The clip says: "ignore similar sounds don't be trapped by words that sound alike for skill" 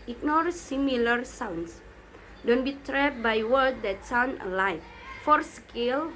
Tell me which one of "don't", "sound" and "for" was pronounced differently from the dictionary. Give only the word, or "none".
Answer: sound